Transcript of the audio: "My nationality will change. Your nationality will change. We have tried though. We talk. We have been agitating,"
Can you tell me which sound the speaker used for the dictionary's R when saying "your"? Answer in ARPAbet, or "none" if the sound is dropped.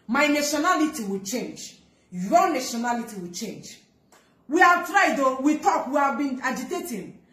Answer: L